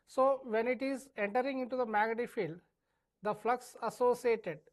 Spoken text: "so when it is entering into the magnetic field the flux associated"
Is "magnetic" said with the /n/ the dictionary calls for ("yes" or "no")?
no